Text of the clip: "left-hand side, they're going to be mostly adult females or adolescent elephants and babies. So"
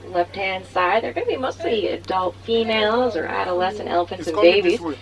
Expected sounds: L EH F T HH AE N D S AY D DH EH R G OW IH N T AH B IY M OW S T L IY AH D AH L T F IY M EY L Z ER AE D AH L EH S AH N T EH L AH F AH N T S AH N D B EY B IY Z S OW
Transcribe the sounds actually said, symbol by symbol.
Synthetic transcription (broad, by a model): L EH F T HH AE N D S AY D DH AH R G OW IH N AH B IY M OW S T L IY AH D AH L T F IY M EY L Z ER AE D AH L EH S AH N T EH L AH F AH N T S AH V B EY B IY Z